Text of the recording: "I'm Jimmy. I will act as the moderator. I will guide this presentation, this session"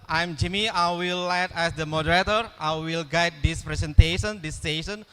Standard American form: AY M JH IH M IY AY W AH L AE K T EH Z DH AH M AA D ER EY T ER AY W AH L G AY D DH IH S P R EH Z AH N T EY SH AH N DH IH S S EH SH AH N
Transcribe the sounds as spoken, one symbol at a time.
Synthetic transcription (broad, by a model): AY M JH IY M IY AY W AH L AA T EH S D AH M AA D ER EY T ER AY W AH L G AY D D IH S P R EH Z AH N T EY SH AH N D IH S S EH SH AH N